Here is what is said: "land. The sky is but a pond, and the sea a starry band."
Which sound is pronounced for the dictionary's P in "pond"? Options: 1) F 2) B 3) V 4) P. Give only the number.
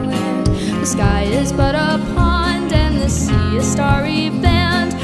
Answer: 4